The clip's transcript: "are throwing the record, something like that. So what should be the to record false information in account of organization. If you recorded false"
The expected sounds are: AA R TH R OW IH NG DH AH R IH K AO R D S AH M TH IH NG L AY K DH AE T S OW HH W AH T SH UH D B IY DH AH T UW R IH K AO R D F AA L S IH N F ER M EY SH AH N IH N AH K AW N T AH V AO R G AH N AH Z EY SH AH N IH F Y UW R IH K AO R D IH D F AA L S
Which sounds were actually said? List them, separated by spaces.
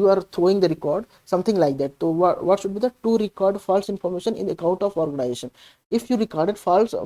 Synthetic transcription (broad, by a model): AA R T R OW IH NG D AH R IH K AO R D S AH M T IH NG L AY K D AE T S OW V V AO T SH UH D B IY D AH T UW R IH K AO R D F AA L S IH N F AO M EY SH AH N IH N AH K AW N T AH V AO R G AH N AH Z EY SH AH N IH F Y UW R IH K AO R D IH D F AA L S